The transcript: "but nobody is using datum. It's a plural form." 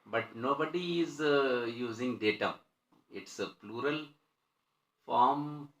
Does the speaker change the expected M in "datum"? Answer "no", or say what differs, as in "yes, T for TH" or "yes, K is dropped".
yes, M is dropped